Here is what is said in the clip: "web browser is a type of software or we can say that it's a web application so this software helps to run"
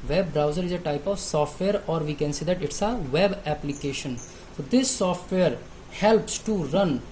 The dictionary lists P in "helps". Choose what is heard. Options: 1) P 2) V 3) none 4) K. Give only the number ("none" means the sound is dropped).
1